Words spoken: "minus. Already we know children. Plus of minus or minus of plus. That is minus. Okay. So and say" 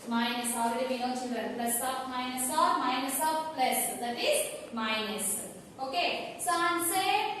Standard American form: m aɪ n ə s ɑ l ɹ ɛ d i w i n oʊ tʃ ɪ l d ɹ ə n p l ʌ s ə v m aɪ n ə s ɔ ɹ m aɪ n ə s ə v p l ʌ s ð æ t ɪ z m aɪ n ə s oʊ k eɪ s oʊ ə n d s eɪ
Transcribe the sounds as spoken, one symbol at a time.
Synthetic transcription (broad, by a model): m aɪ n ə s ɑ l ɹ ɛ d i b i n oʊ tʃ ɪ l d ə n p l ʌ s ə p m aɪ n ə s ɔ ɹ m aɪ n ə s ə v p l ʌ s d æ t ɪ z m aɪ n ə s oʊ k eɪ s oʊ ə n s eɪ